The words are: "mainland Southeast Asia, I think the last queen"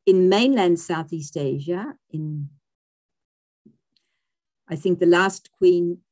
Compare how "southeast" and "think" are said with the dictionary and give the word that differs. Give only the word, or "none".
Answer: none